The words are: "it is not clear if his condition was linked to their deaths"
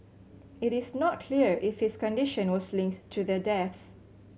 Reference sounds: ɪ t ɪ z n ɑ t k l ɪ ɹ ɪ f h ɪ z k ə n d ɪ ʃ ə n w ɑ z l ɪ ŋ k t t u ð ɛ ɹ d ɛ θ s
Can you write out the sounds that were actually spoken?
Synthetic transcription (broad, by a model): ɪ t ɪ s n ɑ t k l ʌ ɹ ɪ f h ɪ s k ə n d ɪ ʃ ə n w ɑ s l ɪ ŋ k t t u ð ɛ d ɛ θ s